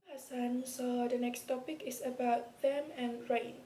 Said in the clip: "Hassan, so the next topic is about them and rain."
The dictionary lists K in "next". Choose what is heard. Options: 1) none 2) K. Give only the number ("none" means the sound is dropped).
2